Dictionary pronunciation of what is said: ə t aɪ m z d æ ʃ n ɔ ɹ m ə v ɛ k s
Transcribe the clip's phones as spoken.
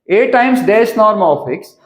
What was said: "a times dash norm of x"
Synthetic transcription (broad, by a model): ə t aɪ m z d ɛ s n ɔ ɹ m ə f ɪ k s